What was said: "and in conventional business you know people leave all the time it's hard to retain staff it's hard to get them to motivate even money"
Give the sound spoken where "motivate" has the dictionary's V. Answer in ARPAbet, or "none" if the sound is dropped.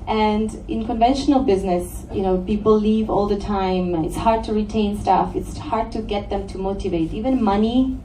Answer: V